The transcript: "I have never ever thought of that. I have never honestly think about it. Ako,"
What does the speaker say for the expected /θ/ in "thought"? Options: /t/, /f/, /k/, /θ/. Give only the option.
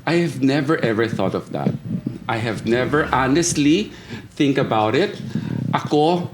/θ/